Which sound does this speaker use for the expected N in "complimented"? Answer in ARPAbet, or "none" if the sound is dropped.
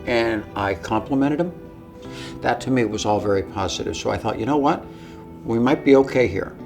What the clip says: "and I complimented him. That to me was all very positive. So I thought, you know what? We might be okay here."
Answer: none